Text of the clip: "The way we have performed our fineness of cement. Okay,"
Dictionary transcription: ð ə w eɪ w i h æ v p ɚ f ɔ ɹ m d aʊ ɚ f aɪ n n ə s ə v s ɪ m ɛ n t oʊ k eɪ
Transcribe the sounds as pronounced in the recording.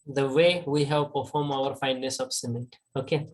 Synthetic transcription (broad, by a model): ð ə w eɪ w i h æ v p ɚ f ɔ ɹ m aʊ ɚ f aɪ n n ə s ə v s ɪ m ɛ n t oʊ k eɪ